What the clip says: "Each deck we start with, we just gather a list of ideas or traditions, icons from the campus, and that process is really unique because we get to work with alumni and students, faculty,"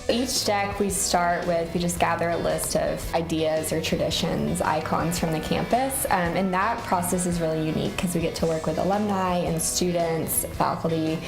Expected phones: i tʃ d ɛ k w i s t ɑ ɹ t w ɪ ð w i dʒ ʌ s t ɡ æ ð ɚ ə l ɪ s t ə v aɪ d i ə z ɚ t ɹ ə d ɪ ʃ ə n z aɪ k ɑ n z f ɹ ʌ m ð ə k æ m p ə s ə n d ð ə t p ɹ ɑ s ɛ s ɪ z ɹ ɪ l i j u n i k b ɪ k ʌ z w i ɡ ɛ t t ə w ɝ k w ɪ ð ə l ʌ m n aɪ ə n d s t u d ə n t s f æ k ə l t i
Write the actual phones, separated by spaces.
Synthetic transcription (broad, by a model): i tʃ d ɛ k w i s t ɑ ɹ t w ɪ ð w i dʒ ʌ s ɡ æ ð ɚ ə l ɪ s t ə v aɪ d i ə z ɚ t ɹ ə d ɪ ʃ ə n z aɪ k ɑ n z f ɹ ʌ m ð ə k æ m p ə s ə n ð ə t p ɹ ɑ s ɛ s ɪ z ɹ ɪ l i j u n i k k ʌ z w i ɡ ɛ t t ə w ɝ k w ɪ ð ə l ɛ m n aɪ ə n s t u d n t s f æ k l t i